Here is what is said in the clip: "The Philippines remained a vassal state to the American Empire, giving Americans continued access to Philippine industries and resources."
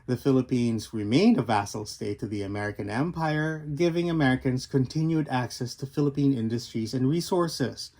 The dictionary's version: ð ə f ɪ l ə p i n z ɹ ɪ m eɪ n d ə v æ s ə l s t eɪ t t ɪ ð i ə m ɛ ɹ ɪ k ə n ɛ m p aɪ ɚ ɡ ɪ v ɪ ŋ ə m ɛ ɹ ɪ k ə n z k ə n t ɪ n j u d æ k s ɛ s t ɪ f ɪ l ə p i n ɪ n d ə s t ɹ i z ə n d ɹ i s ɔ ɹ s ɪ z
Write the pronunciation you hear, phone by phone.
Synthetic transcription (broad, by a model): ð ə f ɪ l ə p i n z ɹ ɪ m eɪ n d ə v æ s l s t eɪ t t ɪ ð i ə m ɛ ɹ ɪ k ə n ɛ m p aɪ ɚ ɡ ɪ v ɪ ŋ ə m ɛ ɹ ɪ k ə n z k ə n t ɪ n j u d æ k s ɛ s t ɪ f ɪ l ə p i n ɪ n d ə s t ɹ i z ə n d ɹ i s ɔ ɹ s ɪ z